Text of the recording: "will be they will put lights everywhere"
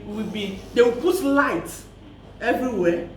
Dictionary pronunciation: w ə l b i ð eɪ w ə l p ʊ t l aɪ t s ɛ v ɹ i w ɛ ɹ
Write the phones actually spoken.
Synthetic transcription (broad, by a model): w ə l b i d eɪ w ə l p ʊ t l aɪ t ɛ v ɹ i w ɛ